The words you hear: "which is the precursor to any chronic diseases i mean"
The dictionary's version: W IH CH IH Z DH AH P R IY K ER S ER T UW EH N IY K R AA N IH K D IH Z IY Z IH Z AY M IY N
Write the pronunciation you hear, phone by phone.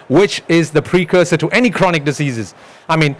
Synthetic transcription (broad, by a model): W IH CH IH Z DH AH P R IY K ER S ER T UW EH N IY K R AA N IH K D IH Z IY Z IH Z AY M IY N